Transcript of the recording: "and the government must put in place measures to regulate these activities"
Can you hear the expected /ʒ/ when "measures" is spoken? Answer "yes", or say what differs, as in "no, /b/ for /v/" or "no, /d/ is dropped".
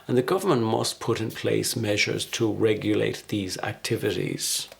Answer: yes